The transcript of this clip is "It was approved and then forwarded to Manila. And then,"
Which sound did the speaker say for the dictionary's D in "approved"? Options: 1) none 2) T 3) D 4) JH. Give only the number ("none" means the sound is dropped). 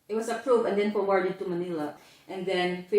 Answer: 1